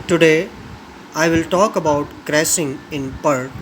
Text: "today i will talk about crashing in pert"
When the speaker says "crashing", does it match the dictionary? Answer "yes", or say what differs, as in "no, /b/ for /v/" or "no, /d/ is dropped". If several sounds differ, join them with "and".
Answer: no, /s/ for /ʃ/